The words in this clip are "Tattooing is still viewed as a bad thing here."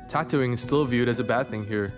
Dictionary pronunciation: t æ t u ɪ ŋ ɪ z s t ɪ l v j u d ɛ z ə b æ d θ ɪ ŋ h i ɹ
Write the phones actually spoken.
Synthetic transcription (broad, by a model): t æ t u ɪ ŋ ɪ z s t ɪ l v j u d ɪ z ə b æ d θ ɪ ŋ h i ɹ